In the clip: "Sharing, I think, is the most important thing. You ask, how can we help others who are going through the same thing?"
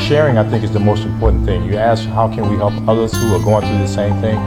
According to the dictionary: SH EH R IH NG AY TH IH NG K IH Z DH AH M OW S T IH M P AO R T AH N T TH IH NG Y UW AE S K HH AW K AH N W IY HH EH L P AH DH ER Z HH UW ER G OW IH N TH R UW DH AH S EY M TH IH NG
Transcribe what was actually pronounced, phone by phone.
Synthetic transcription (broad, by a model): SH EH R IH NG AY TH IH NG K IH Z DH AH M OW S T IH M P AO R T N TH IH NG Y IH AE S K HH AW K AH N W IY HH EH L P AH DH ER Z HH UW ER G OW IH N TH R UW DH AH S EY M TH IH NG